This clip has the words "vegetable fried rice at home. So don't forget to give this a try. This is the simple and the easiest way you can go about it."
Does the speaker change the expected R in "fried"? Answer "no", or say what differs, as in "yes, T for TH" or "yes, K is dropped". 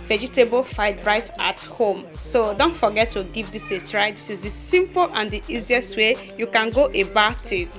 yes, R is dropped